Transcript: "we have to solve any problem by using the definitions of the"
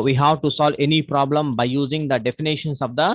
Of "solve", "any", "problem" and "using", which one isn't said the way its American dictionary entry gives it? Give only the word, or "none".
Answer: none